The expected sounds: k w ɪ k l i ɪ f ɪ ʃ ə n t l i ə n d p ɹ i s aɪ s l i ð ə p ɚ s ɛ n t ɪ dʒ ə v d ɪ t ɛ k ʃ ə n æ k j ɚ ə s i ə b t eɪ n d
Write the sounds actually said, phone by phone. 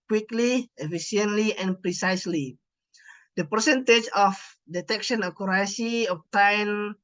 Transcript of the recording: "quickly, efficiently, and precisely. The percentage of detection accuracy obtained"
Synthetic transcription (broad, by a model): k w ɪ k l i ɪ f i s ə n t l i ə n p ɹ i s aɪ s l i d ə p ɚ s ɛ n t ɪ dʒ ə f d ɪ t ɛ k ʃ ə n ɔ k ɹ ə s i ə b t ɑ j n